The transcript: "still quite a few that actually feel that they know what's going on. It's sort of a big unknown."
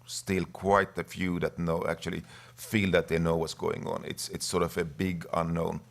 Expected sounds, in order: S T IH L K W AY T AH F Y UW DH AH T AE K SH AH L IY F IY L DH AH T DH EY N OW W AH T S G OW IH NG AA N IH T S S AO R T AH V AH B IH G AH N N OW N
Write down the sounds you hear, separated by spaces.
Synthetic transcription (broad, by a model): S T IH L K W AY T AH F Y UW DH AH T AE K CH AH L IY F IY L DH AH T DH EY N OW W AH T S G OW IH NG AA N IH T S S AO R T AH V AH B IH G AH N N OW N